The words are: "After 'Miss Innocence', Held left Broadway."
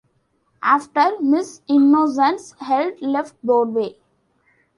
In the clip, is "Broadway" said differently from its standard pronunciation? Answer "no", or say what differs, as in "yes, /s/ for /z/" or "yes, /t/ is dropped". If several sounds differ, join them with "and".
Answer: yes, /ɹ/ is dropped